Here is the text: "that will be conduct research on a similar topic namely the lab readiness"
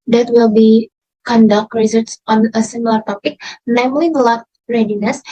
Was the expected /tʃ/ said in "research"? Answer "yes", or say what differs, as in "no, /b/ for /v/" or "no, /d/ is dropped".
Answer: no, /s/ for /tʃ/